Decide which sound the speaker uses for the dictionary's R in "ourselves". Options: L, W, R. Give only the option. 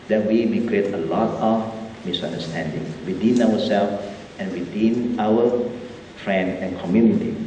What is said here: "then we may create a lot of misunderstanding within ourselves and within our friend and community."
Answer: W